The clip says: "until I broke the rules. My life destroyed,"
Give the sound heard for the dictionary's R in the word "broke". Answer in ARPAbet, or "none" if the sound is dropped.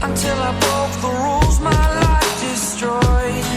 none